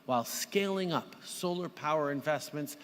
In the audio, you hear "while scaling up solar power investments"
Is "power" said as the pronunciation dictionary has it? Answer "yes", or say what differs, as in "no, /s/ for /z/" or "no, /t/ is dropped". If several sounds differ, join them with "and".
yes